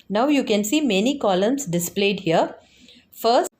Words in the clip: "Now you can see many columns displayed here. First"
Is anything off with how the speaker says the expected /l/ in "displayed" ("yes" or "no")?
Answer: no